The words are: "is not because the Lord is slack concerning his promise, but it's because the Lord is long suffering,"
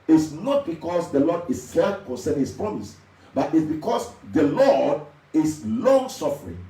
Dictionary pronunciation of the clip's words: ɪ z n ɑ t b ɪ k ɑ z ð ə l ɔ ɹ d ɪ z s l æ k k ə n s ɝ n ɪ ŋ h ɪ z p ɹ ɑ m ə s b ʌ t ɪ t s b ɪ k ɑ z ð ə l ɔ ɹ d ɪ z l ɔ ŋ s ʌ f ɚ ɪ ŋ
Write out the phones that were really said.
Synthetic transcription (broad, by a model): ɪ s n ɑ t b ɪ k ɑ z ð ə l ɔ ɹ d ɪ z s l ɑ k k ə n s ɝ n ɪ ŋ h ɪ s p ɹ ɑ m ə s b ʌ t ɪ t s b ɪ k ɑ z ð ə l ɔ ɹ d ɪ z l ɔ ŋ s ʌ f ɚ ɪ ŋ